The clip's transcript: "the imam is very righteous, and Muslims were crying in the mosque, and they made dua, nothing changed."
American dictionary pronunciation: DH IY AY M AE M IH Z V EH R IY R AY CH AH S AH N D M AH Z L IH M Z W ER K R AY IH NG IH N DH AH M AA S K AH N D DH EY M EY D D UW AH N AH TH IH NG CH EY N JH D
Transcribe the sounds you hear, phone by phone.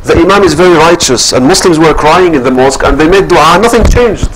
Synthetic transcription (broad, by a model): DH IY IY M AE M IH Z V EH R IY R AY CH AH S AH N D M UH S L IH M Z W ER K R AY IH NG IH N DH AH M AA S K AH N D DH EY M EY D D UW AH N AH TH IH NG CH EY N JH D